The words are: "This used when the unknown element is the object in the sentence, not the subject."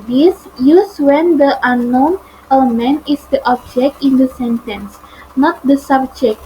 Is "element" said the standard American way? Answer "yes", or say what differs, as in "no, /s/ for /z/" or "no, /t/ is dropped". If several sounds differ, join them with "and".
no, /t/ is dropped